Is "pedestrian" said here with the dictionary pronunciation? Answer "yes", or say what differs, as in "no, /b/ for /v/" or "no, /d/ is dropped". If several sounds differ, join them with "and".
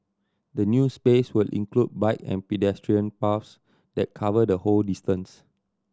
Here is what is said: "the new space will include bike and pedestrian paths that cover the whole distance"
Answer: yes